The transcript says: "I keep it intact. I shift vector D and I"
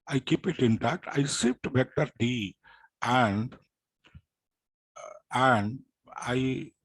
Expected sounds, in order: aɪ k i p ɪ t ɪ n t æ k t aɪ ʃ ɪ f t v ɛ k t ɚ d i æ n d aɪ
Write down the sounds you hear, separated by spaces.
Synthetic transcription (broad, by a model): aɪ k i p ɪ t ɪ n t æ k t aɪ s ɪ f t b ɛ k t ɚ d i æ n d aɪ